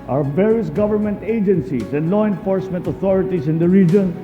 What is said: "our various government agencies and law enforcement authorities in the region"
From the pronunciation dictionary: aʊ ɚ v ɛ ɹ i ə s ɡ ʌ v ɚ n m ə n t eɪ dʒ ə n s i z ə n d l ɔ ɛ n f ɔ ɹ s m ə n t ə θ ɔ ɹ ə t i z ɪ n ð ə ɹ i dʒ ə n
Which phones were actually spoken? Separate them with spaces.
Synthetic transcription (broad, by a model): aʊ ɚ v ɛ ɹ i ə s ɡ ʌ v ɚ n m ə n t eɪ dʒ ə n s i s ə n d l ɔ ɛ n f ɔ ɹ s m ə n t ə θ ɔ ɹ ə t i s ɪ n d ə ɹ i dʒ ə n